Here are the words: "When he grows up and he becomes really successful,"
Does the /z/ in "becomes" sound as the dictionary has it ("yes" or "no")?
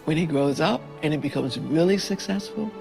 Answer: yes